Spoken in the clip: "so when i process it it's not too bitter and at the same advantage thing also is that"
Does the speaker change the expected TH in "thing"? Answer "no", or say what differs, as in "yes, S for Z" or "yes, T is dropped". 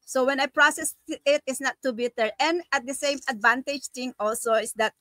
yes, T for TH